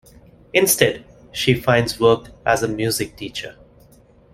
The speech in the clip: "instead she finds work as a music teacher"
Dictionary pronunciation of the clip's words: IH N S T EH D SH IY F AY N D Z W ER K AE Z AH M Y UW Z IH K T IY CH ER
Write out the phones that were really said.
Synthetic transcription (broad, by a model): IH N S T EH D SH IY F AY N D Z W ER K AE Z AH M Y UW Z IH K T IY CH ER